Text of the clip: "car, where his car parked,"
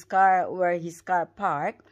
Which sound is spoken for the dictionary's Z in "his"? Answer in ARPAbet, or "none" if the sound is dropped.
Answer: S